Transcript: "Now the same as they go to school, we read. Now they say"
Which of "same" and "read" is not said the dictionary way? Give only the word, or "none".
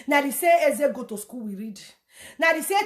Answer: same